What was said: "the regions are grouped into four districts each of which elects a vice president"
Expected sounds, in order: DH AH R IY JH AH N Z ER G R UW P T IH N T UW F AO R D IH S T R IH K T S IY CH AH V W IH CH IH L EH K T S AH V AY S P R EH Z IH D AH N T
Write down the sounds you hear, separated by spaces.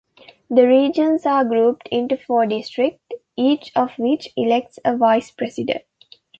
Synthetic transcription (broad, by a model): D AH R IY JH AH N S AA G R UW P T IH N T UW F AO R D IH S T R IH K T IY CH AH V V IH CH IH L EH K T S AH V AY S P R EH S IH D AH N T